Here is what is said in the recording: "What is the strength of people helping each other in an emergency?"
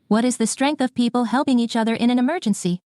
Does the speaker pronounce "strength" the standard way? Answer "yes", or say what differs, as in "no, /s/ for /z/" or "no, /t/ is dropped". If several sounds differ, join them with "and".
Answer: yes